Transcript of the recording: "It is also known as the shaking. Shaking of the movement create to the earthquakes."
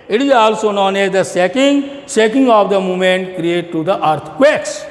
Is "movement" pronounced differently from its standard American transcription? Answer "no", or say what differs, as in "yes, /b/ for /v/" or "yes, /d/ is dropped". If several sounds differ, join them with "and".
yes, /v/ is dropped